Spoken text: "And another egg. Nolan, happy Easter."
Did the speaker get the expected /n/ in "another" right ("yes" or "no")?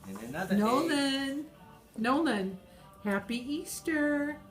no